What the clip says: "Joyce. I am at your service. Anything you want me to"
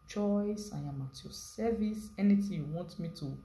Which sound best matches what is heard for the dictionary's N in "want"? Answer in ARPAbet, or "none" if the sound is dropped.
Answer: N